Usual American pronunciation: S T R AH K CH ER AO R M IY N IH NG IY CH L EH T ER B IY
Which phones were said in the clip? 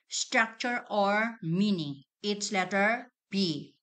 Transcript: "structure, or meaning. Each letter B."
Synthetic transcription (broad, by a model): S T R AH K CH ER AO R M IY N IH NG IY S L EH T ER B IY